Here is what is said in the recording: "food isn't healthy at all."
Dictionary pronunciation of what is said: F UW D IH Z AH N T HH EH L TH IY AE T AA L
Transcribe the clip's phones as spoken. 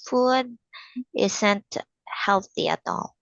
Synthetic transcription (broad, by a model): F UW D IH S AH N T HH EH L TH IY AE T AA L